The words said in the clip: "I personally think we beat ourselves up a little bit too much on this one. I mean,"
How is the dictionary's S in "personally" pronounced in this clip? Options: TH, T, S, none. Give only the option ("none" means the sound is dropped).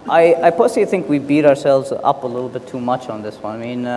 none